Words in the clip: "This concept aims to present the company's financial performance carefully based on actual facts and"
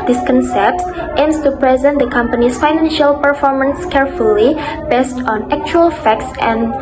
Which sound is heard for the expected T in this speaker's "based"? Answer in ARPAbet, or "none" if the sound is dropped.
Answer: T